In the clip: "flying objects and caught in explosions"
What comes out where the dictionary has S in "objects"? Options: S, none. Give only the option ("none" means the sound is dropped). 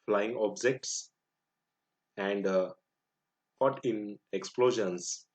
S